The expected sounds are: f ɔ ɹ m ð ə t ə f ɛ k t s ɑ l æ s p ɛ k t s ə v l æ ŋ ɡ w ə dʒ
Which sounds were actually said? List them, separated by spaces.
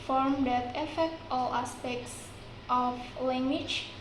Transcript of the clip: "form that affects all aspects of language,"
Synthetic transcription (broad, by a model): f ɔ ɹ m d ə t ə f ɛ k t ɑ l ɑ s p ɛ k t s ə f l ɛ ŋ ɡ w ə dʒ